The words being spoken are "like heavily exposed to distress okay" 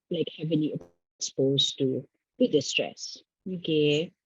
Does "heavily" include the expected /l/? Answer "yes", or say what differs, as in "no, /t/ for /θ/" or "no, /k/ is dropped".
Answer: no, /n/ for /l/